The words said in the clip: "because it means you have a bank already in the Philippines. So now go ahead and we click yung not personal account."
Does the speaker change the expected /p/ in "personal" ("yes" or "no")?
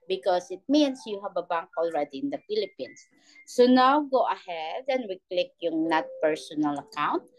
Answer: no